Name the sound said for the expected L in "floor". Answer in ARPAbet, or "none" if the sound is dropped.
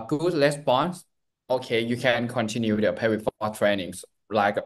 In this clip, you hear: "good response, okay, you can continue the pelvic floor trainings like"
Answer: none